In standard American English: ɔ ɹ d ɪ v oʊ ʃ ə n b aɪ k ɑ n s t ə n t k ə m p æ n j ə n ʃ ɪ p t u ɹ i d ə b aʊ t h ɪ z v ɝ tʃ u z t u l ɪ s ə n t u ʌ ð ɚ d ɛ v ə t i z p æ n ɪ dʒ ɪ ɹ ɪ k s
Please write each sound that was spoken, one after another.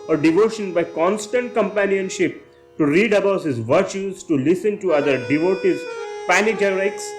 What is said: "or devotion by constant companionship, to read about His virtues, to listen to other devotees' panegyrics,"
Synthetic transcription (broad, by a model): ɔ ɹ d ɪ v oʊ ʃ ə n b aɪ k ɑ n s t ə n t k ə m p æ n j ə n ʃ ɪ p t u ɹ i d ə b aʊ t h ɪ z v ɝ tʃ u z t u l ɪ s ə n t u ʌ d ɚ d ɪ v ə t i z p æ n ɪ dʒ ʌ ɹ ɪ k s